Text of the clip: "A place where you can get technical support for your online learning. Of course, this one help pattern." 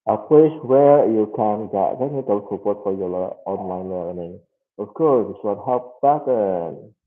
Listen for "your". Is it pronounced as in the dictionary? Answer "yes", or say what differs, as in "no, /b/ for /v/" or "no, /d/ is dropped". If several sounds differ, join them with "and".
no, /l/ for /ɹ/